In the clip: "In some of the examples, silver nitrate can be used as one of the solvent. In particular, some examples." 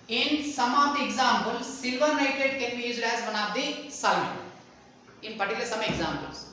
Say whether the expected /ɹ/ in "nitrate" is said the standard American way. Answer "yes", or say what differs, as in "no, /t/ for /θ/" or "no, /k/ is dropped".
no, /ɹ/ is dropped